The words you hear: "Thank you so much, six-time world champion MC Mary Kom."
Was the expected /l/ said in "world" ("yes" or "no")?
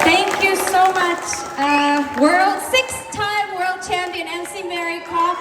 yes